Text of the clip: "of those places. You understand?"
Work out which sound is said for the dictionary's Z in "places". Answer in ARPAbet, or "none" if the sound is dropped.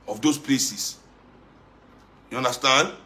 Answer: S